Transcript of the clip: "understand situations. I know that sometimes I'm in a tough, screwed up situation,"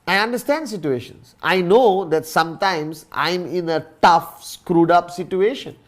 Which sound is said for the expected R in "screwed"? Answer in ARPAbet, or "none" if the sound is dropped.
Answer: R